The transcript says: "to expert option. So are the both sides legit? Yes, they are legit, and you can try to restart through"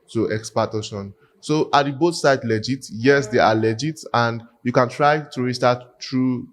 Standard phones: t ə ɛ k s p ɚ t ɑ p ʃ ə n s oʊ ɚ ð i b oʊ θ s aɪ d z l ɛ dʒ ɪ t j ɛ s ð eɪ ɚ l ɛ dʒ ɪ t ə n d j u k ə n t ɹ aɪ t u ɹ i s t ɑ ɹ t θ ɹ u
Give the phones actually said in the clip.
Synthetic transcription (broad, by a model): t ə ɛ k s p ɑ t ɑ ʃ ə n s oʊ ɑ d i b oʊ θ s aɪ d l ɛ dʒ ɪ t j ɛ s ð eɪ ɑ l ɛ dʒ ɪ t ə n d j u k ə n t ɹ aɪ t u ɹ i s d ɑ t ɹ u